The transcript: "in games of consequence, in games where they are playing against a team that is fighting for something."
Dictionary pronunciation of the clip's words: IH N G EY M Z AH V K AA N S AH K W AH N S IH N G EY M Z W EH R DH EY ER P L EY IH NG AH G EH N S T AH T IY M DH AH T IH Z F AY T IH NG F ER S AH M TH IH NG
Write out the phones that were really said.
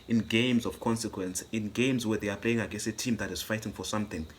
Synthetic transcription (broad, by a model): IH N G EY M Z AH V K AA N S AH K W AH N S IH N G EY M Z W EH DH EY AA P L EY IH NG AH G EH S AH T IY M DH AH T IH Z F AY T IH NG F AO S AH M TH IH NG